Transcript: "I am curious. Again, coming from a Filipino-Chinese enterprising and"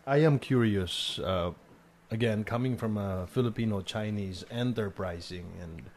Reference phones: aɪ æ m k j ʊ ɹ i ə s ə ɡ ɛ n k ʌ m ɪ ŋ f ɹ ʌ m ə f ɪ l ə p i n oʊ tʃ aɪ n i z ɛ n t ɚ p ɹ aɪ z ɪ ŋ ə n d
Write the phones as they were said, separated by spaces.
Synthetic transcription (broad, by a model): aɪ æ m k j ʊ ɹ i ə s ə ɡ ɛ n k ʌ m ɪ ŋ f ɹ ʌ m ə f ɪ l ə p i n oʊ tʃ aɪ n i z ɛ n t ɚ p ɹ aɪ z ɪ ŋ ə n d